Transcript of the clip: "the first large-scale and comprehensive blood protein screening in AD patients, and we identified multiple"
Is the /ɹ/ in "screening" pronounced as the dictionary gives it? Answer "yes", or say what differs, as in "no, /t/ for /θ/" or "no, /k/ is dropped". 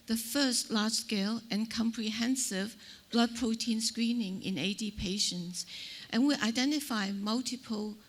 yes